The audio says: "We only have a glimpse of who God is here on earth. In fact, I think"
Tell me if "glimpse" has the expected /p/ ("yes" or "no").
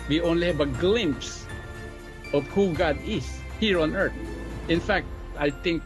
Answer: yes